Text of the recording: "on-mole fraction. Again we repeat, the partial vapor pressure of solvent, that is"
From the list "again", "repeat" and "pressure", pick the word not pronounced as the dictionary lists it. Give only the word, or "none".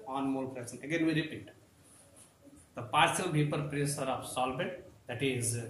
pressure